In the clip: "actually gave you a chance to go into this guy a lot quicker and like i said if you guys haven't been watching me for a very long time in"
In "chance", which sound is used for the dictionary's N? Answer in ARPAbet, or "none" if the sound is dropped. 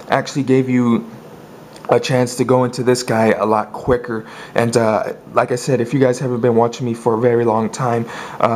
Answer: N